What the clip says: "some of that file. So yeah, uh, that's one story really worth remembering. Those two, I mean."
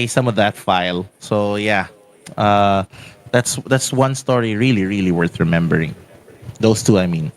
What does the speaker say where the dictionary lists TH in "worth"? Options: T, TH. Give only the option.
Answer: TH